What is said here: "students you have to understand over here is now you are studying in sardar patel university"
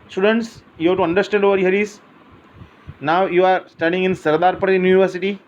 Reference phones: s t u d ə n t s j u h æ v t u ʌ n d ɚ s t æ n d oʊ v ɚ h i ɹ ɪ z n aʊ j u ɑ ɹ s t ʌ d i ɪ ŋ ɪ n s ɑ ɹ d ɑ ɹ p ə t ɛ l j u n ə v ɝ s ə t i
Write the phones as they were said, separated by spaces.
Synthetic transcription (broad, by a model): s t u d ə n t s j u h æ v t u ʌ n d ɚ s t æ n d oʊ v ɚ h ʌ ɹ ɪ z n aʊ j u ɑ ɹ s t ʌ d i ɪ ŋ ɪ n s ɑ ɹ d ɑ ɹ p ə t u n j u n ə v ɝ s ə t i